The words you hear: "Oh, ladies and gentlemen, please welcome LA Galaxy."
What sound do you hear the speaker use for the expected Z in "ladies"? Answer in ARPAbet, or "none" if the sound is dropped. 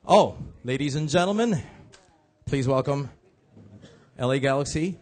Z